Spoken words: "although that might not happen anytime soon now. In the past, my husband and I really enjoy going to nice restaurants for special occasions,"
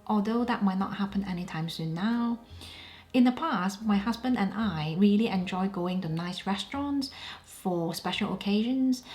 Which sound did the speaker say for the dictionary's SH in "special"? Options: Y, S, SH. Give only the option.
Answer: SH